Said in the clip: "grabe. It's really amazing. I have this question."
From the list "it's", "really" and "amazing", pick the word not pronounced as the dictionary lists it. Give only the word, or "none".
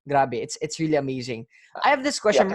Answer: none